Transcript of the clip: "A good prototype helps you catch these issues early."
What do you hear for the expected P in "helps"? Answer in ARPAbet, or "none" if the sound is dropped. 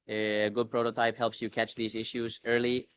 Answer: P